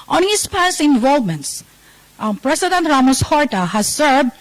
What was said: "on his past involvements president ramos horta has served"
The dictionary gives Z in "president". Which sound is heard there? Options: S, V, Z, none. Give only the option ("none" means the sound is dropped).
S